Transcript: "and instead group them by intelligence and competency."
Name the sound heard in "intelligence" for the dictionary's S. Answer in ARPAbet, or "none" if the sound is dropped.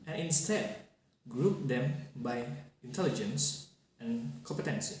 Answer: S